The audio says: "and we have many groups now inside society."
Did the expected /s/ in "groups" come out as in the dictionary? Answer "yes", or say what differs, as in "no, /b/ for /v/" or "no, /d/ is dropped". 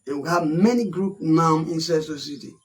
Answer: no, /s/ is dropped